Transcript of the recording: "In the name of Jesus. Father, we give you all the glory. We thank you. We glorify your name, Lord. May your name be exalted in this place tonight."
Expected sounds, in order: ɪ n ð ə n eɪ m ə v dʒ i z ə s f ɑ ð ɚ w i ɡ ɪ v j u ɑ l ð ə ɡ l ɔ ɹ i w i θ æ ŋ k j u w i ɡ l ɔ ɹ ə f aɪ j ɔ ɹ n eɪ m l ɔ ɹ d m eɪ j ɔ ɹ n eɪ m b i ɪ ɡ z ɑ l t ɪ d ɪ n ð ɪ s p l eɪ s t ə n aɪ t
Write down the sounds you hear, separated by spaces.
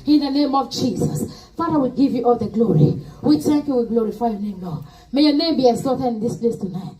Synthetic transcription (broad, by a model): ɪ n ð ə n eɪ m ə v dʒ i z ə s f ɑ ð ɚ w i ɡ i v j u ɑ l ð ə ɡ l ɔ ɹ i w i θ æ ŋ k j u w i ɡ l ɔ ɹ ə f aɪ j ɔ n eɪ m l ɔ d m eɪ j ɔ n eɪ m b i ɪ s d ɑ t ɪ ɪ n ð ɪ s p l eɪ s t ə n aɪ t